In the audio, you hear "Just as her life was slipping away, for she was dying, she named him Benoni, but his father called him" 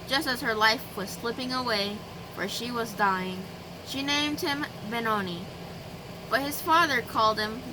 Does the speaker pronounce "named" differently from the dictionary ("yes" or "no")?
no